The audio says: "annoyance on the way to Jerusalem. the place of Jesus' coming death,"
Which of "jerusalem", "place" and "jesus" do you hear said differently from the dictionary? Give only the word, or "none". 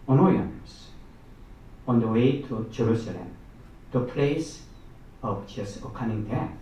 jesus